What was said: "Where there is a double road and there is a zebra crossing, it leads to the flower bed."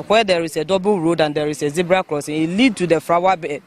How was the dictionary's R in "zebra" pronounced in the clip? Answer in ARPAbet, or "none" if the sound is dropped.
R